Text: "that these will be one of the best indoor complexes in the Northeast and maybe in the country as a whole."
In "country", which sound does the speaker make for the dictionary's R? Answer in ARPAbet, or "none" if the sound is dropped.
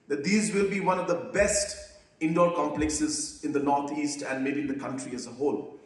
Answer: R